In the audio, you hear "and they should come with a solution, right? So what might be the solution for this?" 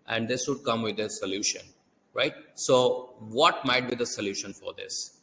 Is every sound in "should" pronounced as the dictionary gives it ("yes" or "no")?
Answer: no